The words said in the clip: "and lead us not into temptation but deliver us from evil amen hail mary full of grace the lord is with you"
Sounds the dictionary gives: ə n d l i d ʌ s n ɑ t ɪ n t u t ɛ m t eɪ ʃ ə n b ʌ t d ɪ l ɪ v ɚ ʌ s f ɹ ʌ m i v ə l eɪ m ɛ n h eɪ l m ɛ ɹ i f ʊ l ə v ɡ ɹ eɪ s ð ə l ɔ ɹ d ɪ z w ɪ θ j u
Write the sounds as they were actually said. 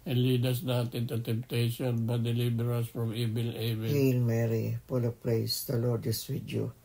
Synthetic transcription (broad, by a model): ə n l i d ʌ s n ɑ t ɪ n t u t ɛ m t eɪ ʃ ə n b ʌ t d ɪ l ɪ b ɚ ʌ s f ɹ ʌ m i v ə l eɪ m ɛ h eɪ l m ɛ ɹ i p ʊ l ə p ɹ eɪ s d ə l ɔ ɹ d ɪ s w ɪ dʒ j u